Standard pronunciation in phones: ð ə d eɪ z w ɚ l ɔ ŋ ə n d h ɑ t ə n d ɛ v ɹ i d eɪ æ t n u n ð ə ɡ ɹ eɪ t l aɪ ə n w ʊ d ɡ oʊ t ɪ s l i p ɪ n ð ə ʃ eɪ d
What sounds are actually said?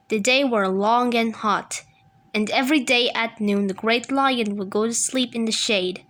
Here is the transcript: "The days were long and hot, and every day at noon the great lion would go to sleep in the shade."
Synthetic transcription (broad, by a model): ð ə d eɪ w ɚ l ɔ ŋ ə n h ɑ t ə n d ɛ v ɹ i d eɪ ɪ t n u n ð ə ɡ ɹ eɪ t l aɪ ə n w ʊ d ɡ oʊ t ɪ s l i p ɪ n ð ə ʃ eɪ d